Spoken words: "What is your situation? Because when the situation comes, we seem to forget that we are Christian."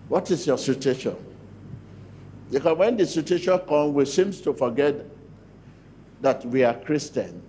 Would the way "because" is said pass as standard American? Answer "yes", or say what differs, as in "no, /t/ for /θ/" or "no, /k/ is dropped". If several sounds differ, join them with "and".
no, /z/ is dropped